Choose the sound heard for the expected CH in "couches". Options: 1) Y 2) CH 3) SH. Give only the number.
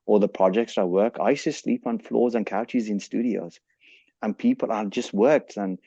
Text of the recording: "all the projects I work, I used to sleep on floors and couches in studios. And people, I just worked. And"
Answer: 2